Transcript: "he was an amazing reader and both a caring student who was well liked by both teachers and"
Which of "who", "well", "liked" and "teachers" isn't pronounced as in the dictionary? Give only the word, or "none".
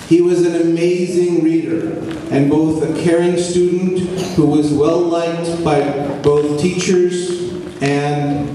none